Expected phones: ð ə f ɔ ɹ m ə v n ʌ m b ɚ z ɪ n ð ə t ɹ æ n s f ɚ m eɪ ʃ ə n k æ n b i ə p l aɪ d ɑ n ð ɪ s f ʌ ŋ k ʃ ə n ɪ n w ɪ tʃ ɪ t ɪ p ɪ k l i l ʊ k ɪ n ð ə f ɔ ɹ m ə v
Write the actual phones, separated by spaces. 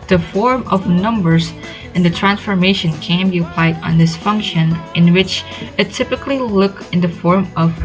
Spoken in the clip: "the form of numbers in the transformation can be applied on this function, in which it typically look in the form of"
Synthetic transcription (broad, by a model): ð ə f ɔ ɹ m ə v n ʌ m b ɚ z ɪ n ð ə t ɹ æ n s f ɚ m eɪ ʃ ə n k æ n b i ə p l aɪ d n ð ɪ s f ʌ ŋ k ʃ ə n ɪ n w ɪ tʃ ɪ t ɪ p ɪ k l i l ʊ k ɪ n ð ə f ɔ ɹ m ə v